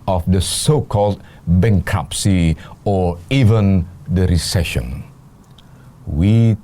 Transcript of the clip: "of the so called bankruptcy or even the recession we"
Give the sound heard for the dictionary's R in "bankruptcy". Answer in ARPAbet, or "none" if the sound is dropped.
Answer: none